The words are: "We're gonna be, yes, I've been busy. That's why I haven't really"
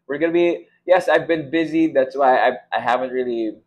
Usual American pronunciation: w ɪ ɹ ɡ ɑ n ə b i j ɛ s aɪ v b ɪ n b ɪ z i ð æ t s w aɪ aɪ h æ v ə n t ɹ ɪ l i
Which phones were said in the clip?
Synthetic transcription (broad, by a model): w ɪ ɹ ɡ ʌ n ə b i j ɛ s aɪ v b ɪ n b ɪ z i ð æ t s w aɪ aɪ h æ v ə n t ɹ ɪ l i